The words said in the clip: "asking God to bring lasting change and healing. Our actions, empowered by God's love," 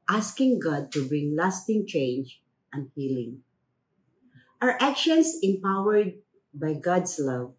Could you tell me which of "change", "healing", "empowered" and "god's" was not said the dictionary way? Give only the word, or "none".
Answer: god's